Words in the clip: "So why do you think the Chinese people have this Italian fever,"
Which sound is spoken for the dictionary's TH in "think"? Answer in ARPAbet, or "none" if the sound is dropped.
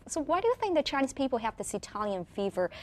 TH